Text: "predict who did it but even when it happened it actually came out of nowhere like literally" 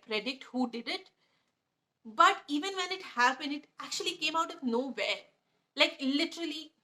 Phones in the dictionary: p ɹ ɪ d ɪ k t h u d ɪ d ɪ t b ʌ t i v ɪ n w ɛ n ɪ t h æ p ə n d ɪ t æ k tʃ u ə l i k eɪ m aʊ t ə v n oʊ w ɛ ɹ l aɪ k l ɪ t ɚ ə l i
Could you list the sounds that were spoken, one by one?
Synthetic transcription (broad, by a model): p ɹ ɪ d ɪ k t h u d ɪ d ɪ t b ʌ t i v ɪ n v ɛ n ɪ t h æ b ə n ɪ t æ k tʃ u ə l i k eɪ m aʊ t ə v n oʊ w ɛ l aɪ k l ɪ t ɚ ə l i